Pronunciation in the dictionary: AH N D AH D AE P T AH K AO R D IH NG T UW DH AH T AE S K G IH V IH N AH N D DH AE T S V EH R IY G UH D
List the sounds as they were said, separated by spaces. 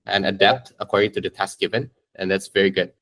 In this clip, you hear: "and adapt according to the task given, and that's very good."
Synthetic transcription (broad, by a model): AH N AH D AE P T AH K AO R D IH NG T UW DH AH T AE S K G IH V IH N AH N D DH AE T S V EH R IY G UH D